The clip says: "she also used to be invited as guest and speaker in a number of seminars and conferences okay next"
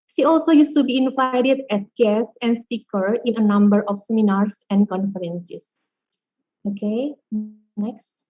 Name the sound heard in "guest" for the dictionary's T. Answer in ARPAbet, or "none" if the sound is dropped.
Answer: none